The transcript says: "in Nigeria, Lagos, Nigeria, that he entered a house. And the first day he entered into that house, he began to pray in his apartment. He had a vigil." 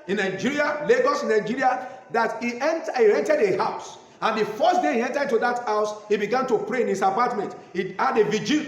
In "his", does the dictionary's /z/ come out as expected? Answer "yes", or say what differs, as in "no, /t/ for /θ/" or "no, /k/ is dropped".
no, /s/ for /z/